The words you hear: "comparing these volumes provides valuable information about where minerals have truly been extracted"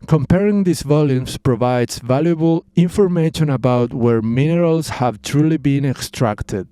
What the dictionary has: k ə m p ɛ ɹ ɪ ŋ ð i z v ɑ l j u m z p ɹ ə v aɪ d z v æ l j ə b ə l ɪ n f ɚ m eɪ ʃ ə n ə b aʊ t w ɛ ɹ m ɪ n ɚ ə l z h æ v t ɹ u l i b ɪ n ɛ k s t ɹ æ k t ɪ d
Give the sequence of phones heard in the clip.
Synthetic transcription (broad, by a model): k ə m p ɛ ɹ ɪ ŋ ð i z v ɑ l j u m s p ɹ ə v aɪ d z v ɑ l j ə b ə l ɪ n f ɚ m eɪ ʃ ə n ə b aʊ t w ɛ ɹ m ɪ n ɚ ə l s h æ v t ɹ u l i b ɪ n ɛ k s t ɹ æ k t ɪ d